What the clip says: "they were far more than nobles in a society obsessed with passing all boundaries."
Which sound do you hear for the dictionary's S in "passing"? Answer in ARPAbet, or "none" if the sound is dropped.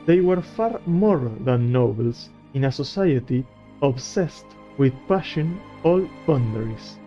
SH